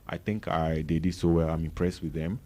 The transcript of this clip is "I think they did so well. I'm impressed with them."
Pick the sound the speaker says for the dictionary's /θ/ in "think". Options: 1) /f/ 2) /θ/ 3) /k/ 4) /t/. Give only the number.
4